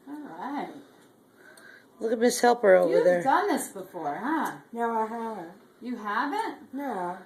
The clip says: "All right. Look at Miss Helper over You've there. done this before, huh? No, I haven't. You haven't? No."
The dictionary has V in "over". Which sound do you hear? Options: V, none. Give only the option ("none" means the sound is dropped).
none